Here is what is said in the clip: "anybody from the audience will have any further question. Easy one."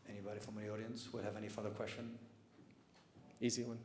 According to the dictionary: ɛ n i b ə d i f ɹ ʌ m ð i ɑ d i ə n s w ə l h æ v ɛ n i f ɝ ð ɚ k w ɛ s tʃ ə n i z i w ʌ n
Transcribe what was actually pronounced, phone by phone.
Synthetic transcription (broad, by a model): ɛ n i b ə d i f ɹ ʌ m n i ɑ d i ə n s w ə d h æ v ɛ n i f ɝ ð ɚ k w ɛ s tʃ ə n i z i w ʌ n